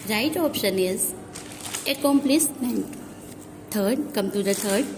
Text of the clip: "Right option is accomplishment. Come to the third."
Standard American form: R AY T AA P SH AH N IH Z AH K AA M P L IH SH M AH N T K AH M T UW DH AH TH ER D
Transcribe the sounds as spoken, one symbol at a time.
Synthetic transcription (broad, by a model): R AY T AA P SH AH N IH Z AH K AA M P L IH S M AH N T K AH M T UW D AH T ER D